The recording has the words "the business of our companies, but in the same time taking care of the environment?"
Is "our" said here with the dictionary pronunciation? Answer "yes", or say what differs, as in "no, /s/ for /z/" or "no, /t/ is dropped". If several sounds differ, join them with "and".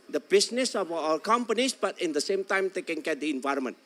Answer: no, /l/ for /ɹ/